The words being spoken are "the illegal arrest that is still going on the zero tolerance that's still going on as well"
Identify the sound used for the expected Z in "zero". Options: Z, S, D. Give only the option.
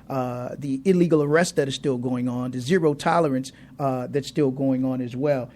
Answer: Z